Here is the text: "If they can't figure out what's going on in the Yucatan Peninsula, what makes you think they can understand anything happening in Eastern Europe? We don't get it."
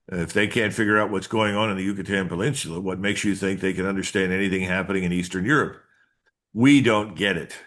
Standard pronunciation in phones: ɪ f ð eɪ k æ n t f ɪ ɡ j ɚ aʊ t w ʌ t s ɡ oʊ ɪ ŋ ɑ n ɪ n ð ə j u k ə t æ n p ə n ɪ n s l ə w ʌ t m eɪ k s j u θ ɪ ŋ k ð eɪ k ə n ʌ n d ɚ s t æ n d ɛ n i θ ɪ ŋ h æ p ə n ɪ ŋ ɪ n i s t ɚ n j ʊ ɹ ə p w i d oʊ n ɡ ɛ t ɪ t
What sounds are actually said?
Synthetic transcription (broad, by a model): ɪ f ð eɪ k æ n t f ɪ ɡ j ɚ aʊ t w ʌ t s ɡ oʊ ɪ ŋ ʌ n ɪ n ð ə j u k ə t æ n p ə l ɪ n s l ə w ʌ t m eɪ k s j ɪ θ ɪ ŋ k ð eɪ k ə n ʌ n d ɚ s t æ n d ɛ n i θ ɪ ŋ h æ p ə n ɪ ŋ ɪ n i s t ɚ n j ʊ ɹ ə p w i d oʊ n ɡ ɛ t ɪ t